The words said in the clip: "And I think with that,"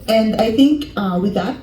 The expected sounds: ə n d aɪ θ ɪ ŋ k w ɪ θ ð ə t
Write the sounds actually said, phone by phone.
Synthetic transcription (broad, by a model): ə n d aɪ θ ɪ ŋ k w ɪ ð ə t